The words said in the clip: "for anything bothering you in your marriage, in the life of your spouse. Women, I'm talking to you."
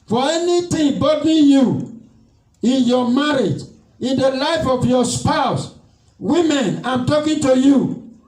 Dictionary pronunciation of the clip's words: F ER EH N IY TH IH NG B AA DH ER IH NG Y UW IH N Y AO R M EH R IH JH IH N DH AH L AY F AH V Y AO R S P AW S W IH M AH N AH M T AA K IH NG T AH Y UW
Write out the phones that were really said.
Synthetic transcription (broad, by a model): F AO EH N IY T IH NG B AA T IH Y UW IH N Y AO M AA R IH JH IH N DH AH L AY F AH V Y AO S P AW S W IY M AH N AH M T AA K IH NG T AH Y UW